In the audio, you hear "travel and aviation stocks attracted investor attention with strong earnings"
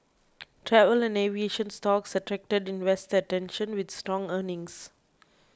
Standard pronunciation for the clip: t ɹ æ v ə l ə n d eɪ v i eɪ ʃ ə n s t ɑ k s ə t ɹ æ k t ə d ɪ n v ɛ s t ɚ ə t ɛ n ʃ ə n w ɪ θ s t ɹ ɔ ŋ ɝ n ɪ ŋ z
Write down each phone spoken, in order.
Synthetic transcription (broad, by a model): t ɹ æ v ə l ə n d eɪ v i eɪ ʃ ə n s t ɑ k s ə t ɹ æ k t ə d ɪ n w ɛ s t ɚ ə t ɛ n ʃ ə n w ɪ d s t ɹ ɔ ŋ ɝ n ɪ ŋ s